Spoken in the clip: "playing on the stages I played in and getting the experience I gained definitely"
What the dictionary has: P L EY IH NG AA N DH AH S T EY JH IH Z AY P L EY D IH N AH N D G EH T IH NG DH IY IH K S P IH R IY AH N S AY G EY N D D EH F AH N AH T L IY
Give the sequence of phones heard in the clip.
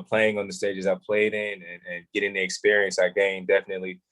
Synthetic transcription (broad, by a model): P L EY IH NG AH N DH AH S T EY JH IH Z AY P L EY D IH N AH N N G EH T IH NG DH IY IH K S P IH R IY AH N S AY G EY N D D EH F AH N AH T L IY